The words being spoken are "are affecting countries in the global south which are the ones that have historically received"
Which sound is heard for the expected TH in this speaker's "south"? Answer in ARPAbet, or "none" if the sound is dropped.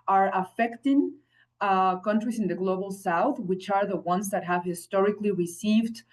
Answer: TH